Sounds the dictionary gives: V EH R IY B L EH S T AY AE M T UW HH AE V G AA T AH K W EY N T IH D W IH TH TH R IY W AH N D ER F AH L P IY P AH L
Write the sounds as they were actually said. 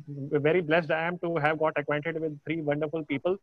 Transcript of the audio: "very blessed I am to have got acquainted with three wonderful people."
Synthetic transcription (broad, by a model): V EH R IY B L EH S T AY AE M T UW HH AE V G AA T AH K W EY N T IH D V IH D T R IY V AH N D ER F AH L P IY P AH L